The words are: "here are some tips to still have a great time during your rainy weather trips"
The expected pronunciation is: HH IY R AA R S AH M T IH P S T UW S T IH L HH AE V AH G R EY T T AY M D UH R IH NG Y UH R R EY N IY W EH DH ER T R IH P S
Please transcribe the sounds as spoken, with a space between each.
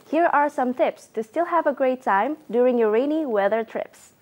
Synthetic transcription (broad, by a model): HH IY R AA R S AH M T IH P S T UW S T IH L HH AE V AH G R EY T T AY M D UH R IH NG Y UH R R EY N IY W EH DH ER T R IH P S